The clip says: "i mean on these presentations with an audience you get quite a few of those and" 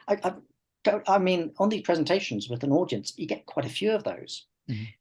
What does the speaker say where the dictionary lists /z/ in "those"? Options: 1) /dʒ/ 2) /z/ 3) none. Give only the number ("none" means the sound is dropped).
3